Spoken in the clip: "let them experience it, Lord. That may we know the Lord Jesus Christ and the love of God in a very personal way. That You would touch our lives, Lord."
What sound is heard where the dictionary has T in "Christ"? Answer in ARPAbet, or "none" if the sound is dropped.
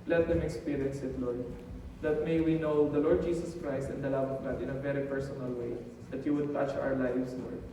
T